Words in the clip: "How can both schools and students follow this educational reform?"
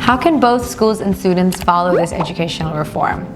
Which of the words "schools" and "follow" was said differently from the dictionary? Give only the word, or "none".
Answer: none